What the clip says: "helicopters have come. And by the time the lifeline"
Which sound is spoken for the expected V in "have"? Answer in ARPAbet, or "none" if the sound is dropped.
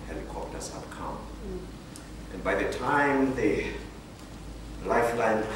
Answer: P